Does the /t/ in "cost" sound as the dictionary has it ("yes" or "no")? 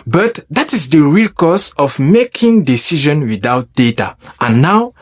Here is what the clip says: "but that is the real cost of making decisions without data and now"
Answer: no